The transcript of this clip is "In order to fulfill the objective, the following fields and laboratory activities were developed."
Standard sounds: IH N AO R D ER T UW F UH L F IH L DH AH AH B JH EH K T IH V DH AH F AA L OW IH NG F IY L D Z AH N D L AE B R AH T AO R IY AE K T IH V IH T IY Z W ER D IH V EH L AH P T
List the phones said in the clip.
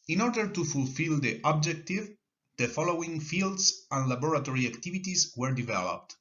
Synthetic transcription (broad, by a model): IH N AO R D ER T UW F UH L F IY L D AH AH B JH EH K T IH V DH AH F AA L OW IH NG F IY L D S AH N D L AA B R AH T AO R IY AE K T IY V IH T IY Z W ER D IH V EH L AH P T